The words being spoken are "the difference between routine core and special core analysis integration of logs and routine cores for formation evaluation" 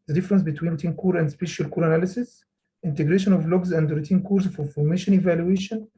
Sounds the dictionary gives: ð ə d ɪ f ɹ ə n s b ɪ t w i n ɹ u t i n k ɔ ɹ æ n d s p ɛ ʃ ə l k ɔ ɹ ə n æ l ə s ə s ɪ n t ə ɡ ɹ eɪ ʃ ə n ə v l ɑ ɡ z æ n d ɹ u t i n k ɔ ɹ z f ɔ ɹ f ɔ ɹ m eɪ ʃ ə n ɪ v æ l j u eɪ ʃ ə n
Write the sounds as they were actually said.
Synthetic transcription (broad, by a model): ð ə d ɪ f ɹ ə n s b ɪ t w i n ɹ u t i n k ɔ ɹ æ n d s p ɛ ʃ ə l k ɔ ɹ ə n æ l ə s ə s ɪ n t ə ɡ ɹ eɪ ʃ ə n ə v l ɑ ɡ z æ n d ɹ u t i n k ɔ ɹ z f ɔ ɹ f ɔ ɹ m eɪ ʃ ə n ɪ v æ l j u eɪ ʃ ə n